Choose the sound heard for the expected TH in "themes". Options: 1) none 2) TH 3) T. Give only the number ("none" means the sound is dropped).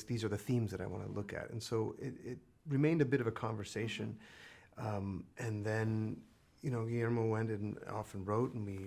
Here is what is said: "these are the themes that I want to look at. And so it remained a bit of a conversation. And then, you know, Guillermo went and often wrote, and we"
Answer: 2